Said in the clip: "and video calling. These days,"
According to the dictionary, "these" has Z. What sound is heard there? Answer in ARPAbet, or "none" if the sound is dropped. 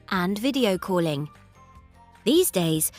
Z